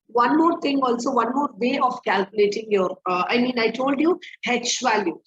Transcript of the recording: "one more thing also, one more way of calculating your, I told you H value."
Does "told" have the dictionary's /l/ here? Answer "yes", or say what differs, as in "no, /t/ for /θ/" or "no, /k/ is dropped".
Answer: yes